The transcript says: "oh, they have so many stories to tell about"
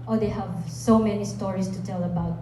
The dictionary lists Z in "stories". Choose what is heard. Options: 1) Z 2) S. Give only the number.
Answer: 2